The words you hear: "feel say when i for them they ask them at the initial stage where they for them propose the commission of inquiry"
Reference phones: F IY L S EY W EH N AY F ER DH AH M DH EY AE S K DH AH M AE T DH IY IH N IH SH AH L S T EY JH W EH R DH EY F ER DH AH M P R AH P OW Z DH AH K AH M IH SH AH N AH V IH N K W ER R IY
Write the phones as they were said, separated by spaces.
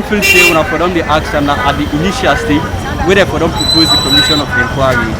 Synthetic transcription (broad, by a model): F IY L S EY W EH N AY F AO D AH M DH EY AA K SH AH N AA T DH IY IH N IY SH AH L S T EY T W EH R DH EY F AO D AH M P R AH P OW Z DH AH K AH M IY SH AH N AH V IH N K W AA R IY